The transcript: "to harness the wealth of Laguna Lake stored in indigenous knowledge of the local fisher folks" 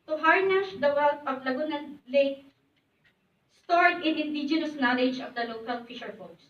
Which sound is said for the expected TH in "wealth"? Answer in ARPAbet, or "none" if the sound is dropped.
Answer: T